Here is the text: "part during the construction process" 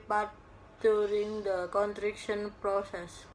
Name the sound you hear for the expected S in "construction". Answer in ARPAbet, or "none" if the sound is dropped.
none